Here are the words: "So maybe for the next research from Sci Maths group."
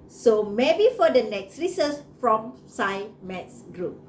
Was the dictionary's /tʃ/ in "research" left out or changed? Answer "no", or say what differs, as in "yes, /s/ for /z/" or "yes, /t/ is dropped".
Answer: yes, /s/ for /tʃ/